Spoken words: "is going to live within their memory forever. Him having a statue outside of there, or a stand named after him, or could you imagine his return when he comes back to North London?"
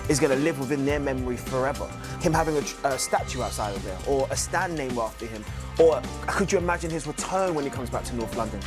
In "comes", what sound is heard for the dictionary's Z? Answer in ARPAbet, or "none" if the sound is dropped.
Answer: Z